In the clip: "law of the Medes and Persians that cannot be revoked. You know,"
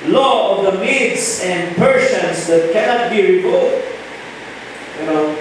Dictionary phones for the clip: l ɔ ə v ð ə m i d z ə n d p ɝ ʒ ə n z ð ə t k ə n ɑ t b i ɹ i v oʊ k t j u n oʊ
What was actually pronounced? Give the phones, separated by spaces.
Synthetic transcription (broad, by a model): l ɔ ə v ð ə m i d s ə n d p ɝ s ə n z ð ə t k ə n ɑ t b i ɹ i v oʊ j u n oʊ